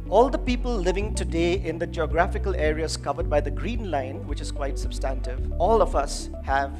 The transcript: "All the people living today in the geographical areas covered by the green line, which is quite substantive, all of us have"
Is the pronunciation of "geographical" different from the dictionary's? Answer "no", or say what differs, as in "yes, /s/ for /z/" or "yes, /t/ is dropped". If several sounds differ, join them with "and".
no